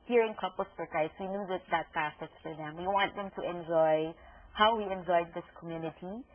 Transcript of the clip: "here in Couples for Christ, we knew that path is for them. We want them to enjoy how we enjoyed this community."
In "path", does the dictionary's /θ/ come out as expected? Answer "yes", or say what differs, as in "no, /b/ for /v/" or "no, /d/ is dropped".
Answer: no, /s/ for /θ/